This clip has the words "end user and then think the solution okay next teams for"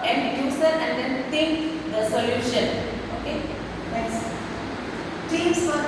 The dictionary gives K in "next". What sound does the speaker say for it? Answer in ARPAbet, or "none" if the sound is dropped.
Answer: none